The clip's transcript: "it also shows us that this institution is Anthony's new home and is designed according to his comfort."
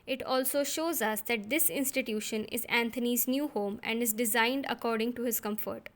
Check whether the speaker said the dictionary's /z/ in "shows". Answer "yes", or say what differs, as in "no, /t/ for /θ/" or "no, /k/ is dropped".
yes